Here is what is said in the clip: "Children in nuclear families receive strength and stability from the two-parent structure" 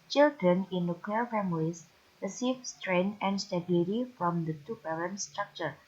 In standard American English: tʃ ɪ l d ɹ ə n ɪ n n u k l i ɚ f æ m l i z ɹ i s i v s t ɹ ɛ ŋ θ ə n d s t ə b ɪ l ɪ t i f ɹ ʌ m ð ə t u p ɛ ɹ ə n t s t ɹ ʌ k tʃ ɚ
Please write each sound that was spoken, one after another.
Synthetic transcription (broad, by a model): tʃ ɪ l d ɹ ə n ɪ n n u k l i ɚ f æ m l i s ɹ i s i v s t ɹ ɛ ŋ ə n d s t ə b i l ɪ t i f ɹ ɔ m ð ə t u b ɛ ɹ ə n s t ɹ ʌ k tʃ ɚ